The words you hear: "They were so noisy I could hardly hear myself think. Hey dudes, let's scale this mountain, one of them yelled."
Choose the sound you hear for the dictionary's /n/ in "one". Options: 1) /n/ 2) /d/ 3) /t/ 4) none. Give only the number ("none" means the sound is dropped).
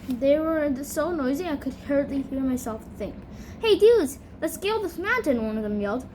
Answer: 1